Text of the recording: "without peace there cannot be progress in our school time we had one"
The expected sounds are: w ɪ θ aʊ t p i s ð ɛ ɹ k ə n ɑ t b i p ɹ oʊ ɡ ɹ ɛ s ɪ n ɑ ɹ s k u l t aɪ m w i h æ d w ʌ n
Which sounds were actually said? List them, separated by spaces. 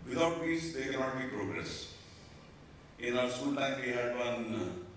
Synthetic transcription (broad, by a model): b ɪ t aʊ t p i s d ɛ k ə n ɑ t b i p ɹ oʊ ɡ ɹ ɛ s ɪ n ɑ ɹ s u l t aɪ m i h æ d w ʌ n